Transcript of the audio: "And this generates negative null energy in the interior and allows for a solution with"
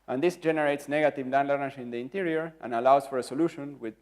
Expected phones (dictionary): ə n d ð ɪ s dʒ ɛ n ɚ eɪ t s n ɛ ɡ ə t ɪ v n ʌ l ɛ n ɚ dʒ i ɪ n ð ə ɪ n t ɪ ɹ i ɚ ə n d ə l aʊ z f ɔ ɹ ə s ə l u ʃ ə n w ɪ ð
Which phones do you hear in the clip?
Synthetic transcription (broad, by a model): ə n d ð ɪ s dʒ ɛ n ɚ eɪ t s n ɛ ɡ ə t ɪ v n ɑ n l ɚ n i ɪ n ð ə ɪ n t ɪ ɹ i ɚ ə n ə l aʊ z f ɔ ɹ ə s ə l u ʃ ə n w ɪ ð